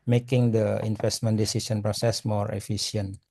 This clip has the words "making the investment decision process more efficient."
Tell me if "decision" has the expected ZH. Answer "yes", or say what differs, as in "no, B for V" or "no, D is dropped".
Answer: no, S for ZH